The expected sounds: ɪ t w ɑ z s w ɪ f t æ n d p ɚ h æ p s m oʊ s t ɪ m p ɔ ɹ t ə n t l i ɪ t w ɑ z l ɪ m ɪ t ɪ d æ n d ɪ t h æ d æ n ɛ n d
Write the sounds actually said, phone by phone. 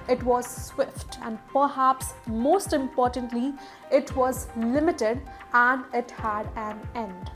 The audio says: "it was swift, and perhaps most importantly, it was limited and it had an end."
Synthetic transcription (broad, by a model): ɪ t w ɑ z s w ɪ f t æ n d p ɚ h æ p s m oʊ s t ɪ m p ɔ ɹ t ə n t l i ɪ t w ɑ z l ɪ m ɪ t ɪ d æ n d ɪ t h æ d æ n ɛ n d